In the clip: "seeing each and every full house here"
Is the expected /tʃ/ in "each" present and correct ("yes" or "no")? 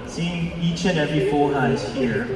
yes